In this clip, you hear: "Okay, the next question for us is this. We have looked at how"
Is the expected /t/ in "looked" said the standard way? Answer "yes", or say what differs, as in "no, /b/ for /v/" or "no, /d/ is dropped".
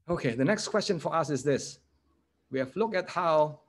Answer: no, /t/ is dropped